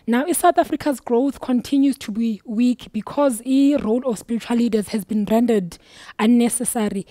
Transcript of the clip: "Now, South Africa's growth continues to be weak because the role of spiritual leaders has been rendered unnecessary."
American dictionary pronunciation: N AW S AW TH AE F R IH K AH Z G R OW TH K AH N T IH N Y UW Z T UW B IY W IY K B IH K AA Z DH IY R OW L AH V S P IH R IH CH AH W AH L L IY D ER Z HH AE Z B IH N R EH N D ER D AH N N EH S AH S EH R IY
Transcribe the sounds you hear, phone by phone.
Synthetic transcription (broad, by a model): N AW S AW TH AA F R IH K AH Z G R OW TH K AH N T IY N Y UW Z T UW B IY W IY K B IH K AA Z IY R OW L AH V S P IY R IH CH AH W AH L L IY D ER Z HH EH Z B IH N R EH N D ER D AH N N EH S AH S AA R IY